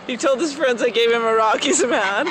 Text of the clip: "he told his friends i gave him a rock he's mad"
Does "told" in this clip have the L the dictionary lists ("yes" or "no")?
yes